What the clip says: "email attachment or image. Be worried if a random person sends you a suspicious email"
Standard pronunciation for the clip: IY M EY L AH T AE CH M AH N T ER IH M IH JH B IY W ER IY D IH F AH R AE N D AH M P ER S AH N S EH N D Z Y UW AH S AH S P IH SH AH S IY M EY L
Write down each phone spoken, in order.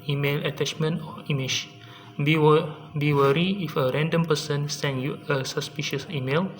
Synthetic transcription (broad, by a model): IY M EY L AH T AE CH M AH N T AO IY M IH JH B IY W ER IY IH F AH R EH N D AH M P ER S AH N S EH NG Y UW AH S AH S P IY SH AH S IY M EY L